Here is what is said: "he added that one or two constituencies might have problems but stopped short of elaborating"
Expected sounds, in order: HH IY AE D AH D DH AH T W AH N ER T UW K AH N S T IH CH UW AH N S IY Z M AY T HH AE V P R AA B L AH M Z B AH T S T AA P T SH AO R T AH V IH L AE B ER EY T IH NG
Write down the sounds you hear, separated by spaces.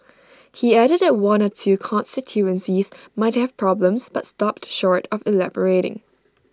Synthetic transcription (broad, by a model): HH IY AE D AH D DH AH T W AH N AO T UW K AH N S T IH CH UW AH N S IY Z M AY T HH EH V P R AA B L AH M S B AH T S T AA P T SH AO R T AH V IH L AE B ER EY T IH NG